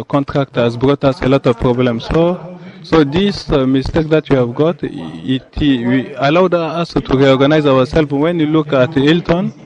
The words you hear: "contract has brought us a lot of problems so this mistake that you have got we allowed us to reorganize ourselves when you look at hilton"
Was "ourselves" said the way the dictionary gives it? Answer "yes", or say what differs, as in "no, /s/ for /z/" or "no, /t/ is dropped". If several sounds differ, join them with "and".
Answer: no, /w/ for /ɹ/